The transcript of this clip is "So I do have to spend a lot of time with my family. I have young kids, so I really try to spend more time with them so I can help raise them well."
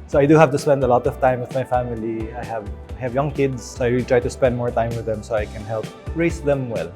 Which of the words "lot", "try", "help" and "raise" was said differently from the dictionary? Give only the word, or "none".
raise